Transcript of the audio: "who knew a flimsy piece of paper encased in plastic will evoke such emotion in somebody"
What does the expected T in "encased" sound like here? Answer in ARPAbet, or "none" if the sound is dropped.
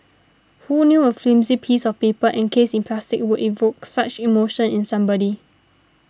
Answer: none